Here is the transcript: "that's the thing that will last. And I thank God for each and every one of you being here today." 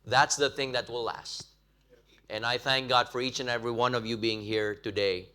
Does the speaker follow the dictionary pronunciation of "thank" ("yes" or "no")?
yes